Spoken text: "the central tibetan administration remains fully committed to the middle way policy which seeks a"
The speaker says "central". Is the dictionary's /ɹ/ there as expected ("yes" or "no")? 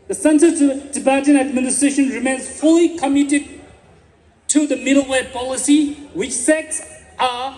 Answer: no